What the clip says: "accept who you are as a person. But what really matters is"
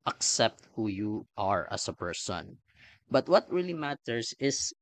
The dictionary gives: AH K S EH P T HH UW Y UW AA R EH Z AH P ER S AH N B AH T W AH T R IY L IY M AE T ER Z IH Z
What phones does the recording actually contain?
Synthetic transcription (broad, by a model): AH K S EH P T HH UW Y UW AA R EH S AH P ER S AH N B AH T W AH T R IY L IY M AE T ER S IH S